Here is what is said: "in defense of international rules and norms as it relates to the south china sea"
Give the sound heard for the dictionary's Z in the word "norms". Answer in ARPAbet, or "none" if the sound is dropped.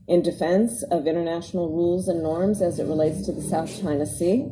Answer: Z